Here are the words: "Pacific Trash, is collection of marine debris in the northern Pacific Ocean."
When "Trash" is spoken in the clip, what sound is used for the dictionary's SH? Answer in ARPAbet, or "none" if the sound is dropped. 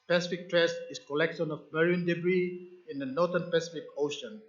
S